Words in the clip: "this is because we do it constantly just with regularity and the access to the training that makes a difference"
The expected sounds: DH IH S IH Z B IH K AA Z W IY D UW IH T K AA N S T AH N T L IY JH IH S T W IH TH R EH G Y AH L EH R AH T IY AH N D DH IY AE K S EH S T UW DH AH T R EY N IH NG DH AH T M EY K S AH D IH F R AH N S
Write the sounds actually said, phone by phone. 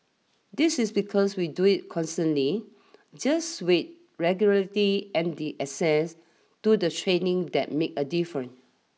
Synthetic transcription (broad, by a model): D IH S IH S B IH K AA S W IY D UW IH T K AA N S T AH N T L IY JH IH S W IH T R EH G Y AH L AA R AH T IY AH N D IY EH S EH S T UW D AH T R EY N IH NG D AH T M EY K AH D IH F R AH N